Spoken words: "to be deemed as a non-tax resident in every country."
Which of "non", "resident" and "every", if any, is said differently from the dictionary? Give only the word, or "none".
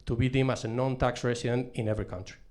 resident